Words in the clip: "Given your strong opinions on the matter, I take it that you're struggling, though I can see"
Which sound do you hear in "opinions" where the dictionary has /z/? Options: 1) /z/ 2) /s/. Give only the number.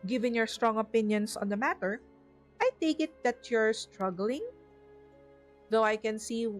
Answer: 2